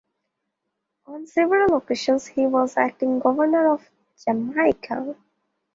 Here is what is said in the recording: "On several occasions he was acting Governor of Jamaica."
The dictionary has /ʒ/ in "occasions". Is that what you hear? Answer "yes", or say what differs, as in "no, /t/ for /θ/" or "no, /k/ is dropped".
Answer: no, /ʃ/ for /ʒ/